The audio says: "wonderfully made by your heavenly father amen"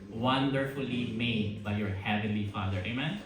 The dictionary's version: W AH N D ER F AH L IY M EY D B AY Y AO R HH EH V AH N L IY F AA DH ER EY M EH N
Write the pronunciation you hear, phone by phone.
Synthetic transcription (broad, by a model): W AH N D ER F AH L IY M EY D B AY Y AO R HH EH V AH N L IY F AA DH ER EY M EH N